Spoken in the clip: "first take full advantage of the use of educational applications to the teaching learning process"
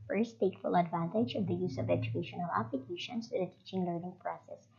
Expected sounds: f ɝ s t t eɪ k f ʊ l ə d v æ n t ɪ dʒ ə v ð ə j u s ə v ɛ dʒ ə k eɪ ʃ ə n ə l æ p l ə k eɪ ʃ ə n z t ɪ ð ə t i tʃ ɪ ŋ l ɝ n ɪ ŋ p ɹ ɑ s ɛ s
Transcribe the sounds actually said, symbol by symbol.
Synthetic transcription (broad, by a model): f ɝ s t t eɪ k f ʊ l ə d v æ n t ɪ dʒ ə v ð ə j u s ə v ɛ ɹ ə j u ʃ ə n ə l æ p l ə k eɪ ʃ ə n s t ɪ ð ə t i tʃ ɪ ŋ l ɝ n ɪ ŋ p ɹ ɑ s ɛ s